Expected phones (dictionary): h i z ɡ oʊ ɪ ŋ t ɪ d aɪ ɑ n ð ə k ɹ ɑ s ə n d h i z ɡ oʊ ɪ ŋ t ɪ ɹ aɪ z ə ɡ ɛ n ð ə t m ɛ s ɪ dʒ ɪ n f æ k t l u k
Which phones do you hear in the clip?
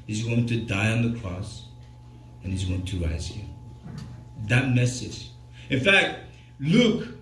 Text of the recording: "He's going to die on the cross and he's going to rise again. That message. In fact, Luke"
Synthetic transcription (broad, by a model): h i z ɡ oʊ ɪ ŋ t ɪ d aɪ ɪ n ð ə k ɹ ɑ s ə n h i z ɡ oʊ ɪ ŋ t ɪ ɹ aɪ z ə ð ə t m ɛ s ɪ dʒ ɪ n f æ k t l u k